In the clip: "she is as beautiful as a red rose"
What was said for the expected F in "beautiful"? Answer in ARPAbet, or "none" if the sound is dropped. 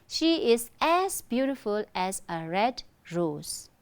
F